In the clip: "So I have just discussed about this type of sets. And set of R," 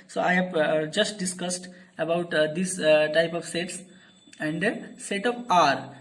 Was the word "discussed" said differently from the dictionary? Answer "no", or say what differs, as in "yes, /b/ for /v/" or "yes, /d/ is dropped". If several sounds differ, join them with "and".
no